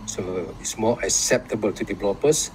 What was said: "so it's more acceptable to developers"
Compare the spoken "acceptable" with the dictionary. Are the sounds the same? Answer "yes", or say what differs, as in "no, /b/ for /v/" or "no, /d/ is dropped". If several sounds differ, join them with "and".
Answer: yes